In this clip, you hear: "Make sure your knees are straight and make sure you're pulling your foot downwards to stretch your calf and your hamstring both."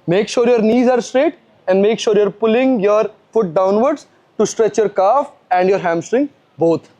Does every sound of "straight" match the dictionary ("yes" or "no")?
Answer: yes